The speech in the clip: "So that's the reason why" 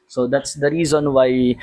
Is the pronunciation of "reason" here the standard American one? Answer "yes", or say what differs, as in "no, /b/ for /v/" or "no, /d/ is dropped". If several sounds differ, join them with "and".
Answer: yes